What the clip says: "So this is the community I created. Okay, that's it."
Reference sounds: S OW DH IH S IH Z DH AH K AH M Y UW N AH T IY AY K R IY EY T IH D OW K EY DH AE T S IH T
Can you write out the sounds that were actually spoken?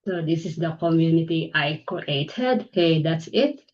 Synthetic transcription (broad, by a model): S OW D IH S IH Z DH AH K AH M Y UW N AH T IY AY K IY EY T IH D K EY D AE T S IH T